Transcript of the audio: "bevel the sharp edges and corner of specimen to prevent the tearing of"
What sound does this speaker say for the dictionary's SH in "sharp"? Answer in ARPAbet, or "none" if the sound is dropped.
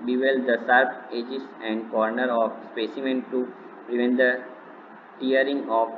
S